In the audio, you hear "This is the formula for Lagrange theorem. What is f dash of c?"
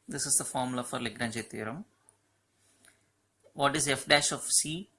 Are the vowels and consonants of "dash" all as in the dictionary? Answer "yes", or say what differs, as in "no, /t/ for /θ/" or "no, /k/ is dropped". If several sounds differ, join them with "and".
yes